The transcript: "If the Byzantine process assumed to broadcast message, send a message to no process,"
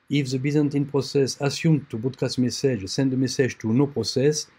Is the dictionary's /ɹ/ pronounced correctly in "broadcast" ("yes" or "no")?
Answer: no